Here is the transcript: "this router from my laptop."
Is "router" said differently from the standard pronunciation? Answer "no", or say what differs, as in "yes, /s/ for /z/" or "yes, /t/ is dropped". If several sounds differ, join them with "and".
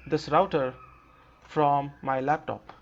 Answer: no